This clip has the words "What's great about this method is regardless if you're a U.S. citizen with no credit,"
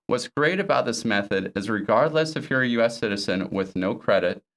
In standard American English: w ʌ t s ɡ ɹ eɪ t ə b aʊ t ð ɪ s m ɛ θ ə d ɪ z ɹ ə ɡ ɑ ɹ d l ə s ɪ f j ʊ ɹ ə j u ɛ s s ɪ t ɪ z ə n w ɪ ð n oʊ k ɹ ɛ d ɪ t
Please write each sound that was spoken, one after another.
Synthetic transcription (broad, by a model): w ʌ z ɡ ɹ eɪ t ə b aʊ t ð ɪ s m ɛ θ ə d ɪ z ɹ ə ɡ ɑ ɹ d l ə s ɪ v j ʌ ɹ j u ɛ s s ɪ t ɪ z ə n w ɪ ð n oʊ k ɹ ɛ d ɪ t